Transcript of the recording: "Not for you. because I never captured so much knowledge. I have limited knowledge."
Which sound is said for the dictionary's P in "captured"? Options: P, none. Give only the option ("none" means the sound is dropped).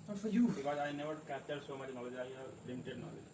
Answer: none